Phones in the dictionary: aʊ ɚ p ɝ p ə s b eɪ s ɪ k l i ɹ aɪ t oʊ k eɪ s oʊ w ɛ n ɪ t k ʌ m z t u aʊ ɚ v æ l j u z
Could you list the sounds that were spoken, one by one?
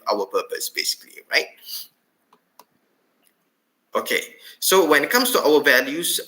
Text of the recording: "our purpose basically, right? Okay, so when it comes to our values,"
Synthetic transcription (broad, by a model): aʊ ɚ p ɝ p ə s b eɪ s ɪ k l i ɹ aɪ t oʊ k eɪ s oʊ w ɛ n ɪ t k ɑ m s t u aʊ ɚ v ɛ l j u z